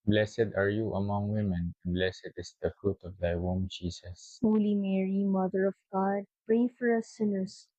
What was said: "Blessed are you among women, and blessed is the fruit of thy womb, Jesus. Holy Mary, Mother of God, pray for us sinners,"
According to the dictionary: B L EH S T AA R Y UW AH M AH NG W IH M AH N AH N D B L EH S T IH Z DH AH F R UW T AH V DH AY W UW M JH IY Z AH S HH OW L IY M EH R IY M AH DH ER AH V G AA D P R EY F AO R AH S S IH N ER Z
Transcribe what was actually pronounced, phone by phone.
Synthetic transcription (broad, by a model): B L EH S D AA R Y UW AH M AH NG W IH M AH N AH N B L EH S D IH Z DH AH F R UW T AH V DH AY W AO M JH IY S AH S HH OW L IY M EH R IY M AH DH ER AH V G AA D P R EY F AO R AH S S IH N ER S